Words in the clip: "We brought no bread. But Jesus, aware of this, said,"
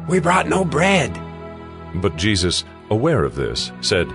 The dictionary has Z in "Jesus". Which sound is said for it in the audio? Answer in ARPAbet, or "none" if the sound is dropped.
Z